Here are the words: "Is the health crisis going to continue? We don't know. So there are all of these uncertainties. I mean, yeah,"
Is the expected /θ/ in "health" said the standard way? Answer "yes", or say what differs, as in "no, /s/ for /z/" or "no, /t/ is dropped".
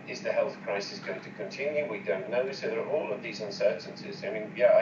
yes